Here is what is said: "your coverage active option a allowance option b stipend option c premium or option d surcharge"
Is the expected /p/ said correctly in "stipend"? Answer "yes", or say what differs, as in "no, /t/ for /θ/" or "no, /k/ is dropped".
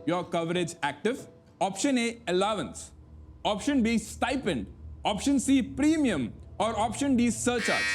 yes